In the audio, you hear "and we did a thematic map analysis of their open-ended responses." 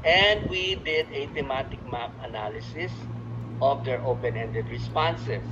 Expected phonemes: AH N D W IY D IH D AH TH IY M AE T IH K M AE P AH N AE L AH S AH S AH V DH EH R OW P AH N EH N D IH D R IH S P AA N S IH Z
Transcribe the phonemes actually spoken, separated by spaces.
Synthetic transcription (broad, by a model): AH N D W IY D IH D AH T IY M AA T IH K M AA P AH N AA L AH S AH S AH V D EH R OW P AH N EH N D IH D R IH S P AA N S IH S